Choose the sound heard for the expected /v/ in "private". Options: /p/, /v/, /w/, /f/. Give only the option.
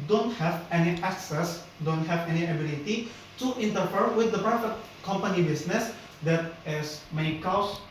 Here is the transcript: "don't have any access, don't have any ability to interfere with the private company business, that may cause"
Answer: /f/